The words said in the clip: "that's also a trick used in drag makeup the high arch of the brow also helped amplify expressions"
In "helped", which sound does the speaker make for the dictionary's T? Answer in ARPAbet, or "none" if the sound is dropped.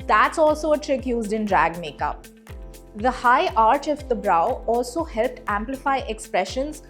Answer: T